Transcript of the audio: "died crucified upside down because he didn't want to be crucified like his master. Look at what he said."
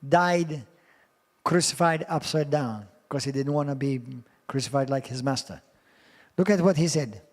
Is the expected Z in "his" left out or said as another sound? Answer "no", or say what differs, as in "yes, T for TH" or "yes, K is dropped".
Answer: no